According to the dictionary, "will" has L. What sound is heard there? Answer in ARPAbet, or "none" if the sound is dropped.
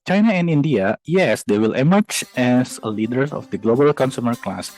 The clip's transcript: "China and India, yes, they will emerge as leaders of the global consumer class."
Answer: L